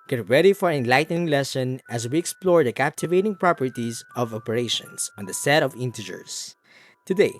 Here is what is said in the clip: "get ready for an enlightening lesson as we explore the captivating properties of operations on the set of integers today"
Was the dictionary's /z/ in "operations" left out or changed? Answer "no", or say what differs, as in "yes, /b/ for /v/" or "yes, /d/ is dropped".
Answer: yes, /s/ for /z/